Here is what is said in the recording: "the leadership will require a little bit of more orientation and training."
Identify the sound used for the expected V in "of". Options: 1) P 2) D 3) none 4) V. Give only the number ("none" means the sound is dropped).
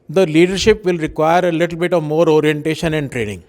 4